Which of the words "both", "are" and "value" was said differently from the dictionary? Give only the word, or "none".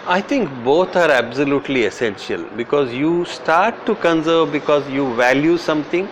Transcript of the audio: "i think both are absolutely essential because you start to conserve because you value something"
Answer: both